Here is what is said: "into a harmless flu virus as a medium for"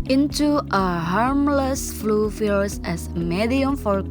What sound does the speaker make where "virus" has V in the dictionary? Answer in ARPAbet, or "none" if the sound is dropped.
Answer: F